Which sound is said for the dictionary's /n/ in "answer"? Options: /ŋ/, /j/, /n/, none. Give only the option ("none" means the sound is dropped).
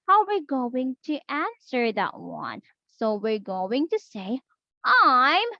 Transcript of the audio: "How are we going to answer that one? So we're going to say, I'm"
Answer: /n/